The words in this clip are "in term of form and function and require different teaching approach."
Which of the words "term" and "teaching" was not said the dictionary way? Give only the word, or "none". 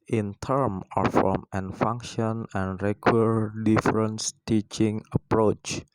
none